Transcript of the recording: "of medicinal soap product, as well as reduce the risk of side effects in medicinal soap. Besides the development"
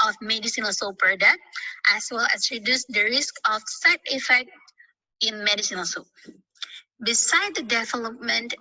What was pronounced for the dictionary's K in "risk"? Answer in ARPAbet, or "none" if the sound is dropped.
K